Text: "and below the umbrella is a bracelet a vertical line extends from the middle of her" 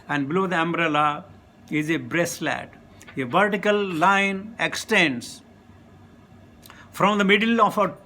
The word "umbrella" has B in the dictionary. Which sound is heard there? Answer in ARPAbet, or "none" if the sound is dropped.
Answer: B